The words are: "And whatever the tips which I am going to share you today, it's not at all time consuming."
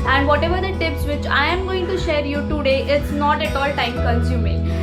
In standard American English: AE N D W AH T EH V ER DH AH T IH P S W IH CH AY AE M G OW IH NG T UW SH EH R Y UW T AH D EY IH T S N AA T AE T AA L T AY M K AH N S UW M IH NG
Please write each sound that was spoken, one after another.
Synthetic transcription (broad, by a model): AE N D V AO T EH V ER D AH T IH P S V IH CH AY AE M G OW IH NG T UW SH EH R Y UW T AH D EY IH T S N AA T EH T AA L T AY M K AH N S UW M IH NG